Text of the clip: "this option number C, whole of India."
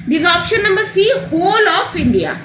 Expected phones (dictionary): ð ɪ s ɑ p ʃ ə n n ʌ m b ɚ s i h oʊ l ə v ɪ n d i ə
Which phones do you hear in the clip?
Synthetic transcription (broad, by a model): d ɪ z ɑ p ʃ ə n n ʌ m b ɚ s i h oʊ l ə f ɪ n d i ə